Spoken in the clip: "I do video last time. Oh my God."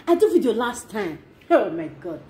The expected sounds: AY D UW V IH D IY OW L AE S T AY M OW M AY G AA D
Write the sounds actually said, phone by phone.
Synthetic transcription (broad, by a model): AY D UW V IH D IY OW L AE S T AY M OW M AY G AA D